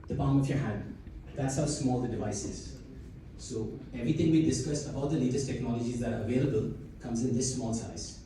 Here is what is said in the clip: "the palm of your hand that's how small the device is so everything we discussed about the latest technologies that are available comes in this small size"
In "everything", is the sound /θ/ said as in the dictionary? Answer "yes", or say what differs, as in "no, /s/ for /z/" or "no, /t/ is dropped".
no, /t/ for /θ/